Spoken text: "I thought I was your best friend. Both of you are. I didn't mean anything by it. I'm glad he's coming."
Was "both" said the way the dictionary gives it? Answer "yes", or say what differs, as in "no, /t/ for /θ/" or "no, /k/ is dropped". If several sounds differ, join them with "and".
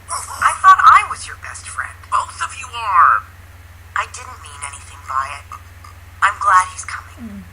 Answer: no, /s/ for /θ/